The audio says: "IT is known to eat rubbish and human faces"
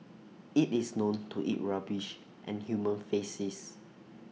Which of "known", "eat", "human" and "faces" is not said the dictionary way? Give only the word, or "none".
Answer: faces